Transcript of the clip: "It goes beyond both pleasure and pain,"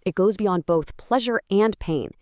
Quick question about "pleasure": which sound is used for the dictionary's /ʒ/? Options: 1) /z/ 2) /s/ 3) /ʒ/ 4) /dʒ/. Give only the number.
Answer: 3